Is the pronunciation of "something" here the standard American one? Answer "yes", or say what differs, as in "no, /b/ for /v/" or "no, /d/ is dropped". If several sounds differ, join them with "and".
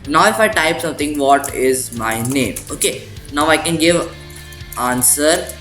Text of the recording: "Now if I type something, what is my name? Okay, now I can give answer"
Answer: no, /t/ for /θ/